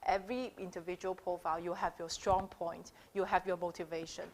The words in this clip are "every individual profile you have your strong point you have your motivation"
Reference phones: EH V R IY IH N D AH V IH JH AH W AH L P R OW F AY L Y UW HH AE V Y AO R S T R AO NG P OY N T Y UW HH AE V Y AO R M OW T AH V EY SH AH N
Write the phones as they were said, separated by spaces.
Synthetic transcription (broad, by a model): EH V R IY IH N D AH V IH JH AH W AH L P R OW F AY L Y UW HH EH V Y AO S T R AO NG P OY N T Y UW HH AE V Y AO M OW T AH V EY SH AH N